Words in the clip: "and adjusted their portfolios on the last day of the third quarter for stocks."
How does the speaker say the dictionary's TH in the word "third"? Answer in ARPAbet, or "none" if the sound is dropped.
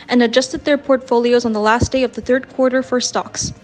TH